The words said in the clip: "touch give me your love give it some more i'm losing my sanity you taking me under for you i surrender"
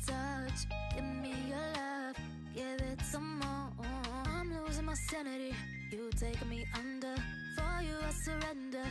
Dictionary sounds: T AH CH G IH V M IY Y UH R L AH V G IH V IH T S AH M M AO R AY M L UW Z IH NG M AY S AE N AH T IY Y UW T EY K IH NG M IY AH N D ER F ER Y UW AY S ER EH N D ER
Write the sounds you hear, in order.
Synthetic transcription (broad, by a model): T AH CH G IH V M IY Y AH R L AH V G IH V IH T S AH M M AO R AY M L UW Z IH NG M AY S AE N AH T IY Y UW T EY IH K M IY AH N D ER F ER Y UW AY S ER EH N D ER